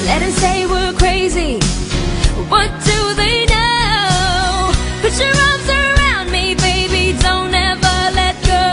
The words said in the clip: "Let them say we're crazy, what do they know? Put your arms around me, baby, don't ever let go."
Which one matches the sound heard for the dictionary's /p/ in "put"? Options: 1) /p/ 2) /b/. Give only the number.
2